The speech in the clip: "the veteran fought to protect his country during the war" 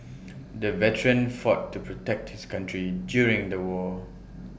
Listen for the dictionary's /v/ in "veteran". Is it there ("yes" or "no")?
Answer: yes